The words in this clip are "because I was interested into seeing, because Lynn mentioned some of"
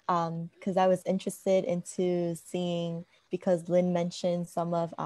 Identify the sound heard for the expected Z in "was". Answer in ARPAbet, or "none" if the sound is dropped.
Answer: Z